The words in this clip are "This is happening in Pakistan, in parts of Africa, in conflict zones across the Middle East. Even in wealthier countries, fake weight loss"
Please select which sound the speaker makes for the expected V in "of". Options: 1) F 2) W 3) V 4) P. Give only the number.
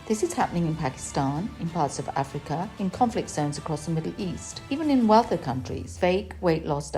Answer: 3